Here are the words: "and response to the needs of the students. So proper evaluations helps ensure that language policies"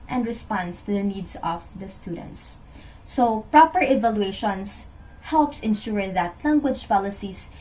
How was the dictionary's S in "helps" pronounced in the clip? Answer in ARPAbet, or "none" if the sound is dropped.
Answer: S